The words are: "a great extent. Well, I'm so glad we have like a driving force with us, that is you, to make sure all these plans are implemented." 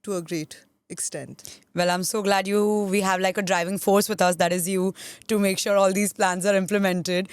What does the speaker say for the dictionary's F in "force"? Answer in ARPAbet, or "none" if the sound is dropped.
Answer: F